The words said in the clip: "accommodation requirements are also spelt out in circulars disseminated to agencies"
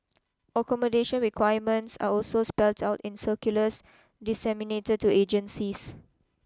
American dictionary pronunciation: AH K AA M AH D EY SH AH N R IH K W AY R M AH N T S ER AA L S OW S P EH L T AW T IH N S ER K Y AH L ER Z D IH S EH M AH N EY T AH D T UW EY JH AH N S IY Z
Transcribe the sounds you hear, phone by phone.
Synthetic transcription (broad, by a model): AH K AA M AH D EY SH AH N R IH K W AY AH M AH N T S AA AA L S OW S P EH L T AW T IH N S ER K Y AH L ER S D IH S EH M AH N EY T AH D T UW EY JH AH N S IY S